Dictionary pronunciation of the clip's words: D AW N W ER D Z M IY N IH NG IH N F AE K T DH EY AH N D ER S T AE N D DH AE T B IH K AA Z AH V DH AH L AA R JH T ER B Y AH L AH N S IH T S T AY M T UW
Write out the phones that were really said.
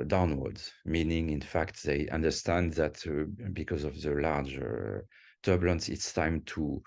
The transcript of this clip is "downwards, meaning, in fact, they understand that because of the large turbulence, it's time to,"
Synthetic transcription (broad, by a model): D AW N W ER D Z M IY N IH NG IH N F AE K T DH EY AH N D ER S T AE N D DH AE T B IH K AA Z AH V DH AH L AA R JH T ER B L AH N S IH T S T AY M T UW